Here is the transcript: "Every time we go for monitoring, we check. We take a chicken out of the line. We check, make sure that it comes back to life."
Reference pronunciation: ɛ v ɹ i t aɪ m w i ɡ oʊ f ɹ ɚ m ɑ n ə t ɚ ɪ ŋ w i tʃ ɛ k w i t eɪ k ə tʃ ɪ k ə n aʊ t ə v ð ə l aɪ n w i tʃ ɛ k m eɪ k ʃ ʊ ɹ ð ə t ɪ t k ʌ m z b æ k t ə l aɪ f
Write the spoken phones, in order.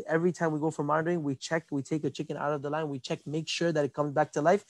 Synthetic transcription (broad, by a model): ɛ v ɹ i t aɪ m w i ɡ oʊ f ɹ ɚ m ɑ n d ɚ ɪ ŋ w i tʃ ɛ k w i t eɪ k ə tʃ ɪ k ə n aʊ t ə v ð ə l aɪ n w i tʃ ɛ k m eɪ k ʃ ʊ ɹ ð ə t ɪ t k ʌ m z b æ k t ə l aɪ f